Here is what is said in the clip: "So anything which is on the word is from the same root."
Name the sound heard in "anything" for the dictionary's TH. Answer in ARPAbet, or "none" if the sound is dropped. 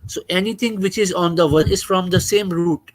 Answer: T